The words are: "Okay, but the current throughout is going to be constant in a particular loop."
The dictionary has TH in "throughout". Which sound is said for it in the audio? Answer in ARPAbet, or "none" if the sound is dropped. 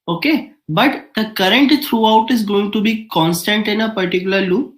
T